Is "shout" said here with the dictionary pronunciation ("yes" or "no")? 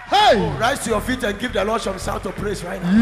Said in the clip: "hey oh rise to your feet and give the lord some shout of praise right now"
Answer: no